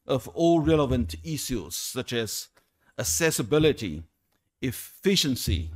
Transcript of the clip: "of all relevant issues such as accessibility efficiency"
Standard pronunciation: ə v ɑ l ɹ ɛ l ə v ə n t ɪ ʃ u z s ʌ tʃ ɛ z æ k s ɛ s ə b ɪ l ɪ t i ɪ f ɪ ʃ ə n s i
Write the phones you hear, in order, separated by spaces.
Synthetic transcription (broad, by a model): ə v ɑ l ɹ ɛ l ə v ə n t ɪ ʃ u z s ʌ tʃ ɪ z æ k s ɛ s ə b ɪ l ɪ t i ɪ f ɪ ʃ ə n s i